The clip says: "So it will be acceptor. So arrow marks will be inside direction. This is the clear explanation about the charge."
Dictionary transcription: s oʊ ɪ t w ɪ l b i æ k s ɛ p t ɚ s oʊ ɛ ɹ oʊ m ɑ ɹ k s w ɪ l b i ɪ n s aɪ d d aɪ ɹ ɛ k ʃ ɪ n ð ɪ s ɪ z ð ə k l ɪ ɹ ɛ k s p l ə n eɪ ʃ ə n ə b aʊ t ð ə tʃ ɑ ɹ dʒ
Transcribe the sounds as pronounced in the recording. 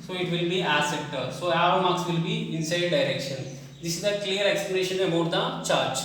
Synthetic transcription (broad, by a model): s oʊ ɪ t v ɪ l b i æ s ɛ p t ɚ s oʊ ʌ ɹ m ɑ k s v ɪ l b i ɪ n s aɪ d d aɪ ɹ ɛ k ʃ ɪ n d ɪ s ɪ z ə k l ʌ ɹ ɛ k s p l ə n eɪ ʃ ə n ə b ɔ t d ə tʃ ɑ ɹ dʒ